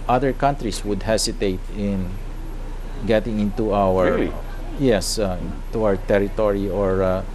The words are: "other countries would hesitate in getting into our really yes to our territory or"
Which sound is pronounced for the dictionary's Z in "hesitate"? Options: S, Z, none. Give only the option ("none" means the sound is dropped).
S